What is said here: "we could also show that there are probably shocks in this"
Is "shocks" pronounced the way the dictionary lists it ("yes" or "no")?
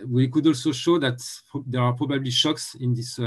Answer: yes